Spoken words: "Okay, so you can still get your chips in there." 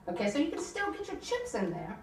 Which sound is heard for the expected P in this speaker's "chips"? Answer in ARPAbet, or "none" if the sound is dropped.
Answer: P